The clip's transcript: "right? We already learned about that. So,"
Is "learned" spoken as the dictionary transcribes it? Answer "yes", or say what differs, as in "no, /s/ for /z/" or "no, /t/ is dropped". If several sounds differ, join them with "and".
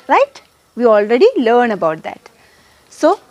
no, /d/ is dropped